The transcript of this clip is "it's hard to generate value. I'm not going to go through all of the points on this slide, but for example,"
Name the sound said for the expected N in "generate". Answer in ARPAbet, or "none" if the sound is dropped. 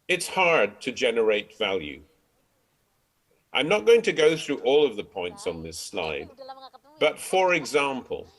N